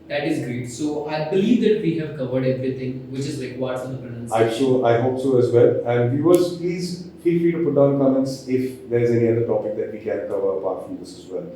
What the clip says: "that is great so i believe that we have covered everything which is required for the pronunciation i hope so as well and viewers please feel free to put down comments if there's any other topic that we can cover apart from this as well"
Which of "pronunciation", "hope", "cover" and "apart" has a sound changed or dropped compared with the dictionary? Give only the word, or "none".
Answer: pronunciation